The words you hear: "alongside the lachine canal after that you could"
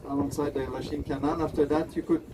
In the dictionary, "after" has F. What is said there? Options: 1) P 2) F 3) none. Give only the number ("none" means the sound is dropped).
2